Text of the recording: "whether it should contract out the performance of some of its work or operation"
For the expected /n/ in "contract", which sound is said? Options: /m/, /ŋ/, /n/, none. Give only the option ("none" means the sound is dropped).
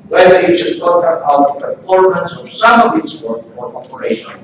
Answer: none